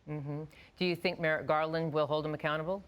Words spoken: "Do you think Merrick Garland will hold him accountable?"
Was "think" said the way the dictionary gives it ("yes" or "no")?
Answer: yes